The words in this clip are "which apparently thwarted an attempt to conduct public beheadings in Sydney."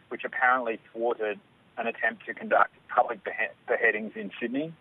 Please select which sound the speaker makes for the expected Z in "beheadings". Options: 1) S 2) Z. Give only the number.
2